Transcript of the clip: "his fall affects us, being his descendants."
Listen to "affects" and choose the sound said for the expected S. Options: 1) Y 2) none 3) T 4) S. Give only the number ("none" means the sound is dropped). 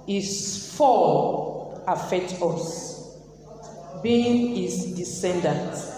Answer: 2